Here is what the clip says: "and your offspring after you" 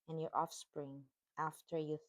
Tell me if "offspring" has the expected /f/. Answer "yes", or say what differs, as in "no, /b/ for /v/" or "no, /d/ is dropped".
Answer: yes